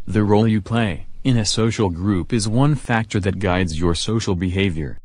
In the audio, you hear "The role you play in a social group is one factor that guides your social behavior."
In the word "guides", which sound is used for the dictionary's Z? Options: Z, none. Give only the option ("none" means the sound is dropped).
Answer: Z